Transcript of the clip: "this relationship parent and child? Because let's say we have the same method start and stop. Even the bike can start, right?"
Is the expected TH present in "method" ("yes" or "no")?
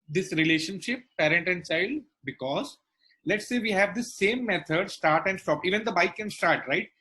no